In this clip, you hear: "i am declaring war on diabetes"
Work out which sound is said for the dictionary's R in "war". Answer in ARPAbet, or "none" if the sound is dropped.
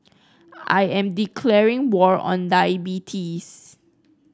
R